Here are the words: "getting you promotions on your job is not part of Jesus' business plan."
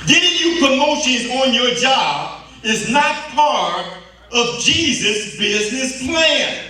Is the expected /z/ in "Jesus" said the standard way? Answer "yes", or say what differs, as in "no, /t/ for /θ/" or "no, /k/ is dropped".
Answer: yes